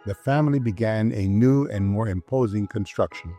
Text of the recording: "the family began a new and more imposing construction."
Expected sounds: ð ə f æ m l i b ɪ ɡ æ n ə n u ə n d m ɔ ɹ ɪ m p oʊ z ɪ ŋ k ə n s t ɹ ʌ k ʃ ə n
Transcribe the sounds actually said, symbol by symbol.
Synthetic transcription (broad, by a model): ð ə f æ m l i b ɪ ɡ æ n ə n u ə n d m ɔ ɹ ɪ m p oʊ z ɪ ŋ k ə n s t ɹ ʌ k ʃ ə n